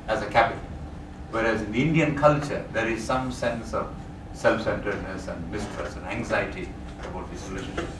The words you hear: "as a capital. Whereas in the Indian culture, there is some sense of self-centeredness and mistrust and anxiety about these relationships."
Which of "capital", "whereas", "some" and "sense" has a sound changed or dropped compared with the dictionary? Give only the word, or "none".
none